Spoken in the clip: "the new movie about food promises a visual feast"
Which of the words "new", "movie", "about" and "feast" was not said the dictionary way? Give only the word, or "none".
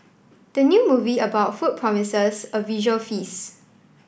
feast